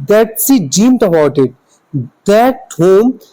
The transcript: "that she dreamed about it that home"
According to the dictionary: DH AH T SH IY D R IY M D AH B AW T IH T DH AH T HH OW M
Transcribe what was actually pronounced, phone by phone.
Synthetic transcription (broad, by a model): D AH T S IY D IY M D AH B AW T IH T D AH T HH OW M